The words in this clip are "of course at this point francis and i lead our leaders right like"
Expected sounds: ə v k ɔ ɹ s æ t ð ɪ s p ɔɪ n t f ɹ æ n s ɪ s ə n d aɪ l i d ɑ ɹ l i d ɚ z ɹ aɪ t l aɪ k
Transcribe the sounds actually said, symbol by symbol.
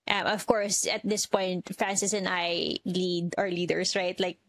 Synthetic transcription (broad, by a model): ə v k ɔ ɹ s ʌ t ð ɪ s p ɔɪ n t f ɹ æ n s ɪ s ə n aɪ l i d ɑ ɹ l i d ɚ s ɹ aɪ t l aɪ k